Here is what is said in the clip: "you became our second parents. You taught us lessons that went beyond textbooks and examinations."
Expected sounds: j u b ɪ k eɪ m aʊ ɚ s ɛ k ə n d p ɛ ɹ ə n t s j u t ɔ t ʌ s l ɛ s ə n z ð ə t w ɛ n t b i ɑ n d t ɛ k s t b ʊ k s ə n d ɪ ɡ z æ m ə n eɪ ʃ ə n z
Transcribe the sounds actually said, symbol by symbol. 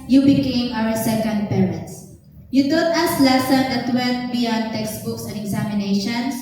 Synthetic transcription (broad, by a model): j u b ɪ k eɪ m aʊ ɚ s ɛ k ə n d p ɛ ɹ ə n t s j u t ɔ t ʌ s l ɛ s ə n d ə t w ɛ l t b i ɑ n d t ɛ k s t b ʊ k s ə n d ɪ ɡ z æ m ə n eɪ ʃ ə n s